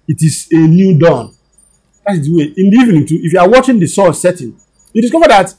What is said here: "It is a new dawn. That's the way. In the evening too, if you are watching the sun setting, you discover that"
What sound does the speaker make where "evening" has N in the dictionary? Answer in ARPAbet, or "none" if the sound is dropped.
N